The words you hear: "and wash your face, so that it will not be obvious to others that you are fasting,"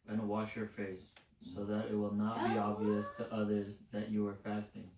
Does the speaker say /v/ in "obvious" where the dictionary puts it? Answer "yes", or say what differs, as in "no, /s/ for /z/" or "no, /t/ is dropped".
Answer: yes